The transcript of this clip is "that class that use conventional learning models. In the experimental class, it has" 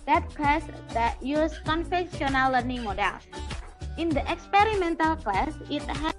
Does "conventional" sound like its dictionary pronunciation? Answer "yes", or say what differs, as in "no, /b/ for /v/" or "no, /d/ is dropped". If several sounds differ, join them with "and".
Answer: no, /f/ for /v/